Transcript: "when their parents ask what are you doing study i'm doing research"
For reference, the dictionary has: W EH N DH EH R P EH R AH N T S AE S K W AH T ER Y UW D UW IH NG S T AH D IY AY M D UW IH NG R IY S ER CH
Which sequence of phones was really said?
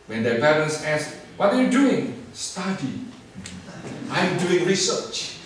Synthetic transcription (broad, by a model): W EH N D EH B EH L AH N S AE S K W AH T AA Y UW D UW IH NG S T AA D IY AY M D UW IH NG R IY S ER CH